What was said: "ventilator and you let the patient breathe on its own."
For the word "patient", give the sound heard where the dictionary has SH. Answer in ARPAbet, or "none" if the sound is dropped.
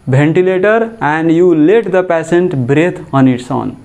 S